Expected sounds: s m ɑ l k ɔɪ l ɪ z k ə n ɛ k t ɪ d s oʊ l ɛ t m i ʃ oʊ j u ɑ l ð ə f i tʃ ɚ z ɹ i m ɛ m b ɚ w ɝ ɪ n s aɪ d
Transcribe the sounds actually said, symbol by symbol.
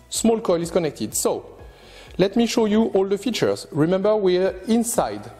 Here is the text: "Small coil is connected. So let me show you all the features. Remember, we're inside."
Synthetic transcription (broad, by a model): s m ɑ l k ɔɪ l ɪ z k ə n ɛ k t ɪ d s oʊ l ɛ t m i ʃ oʊ j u ɑ l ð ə f i tʃ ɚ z ɹ i m ɛ m b ɚ w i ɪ n s aɪ d